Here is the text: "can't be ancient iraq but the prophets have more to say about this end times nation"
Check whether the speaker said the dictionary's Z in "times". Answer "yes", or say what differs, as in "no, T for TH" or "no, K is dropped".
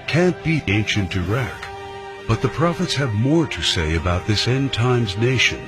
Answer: yes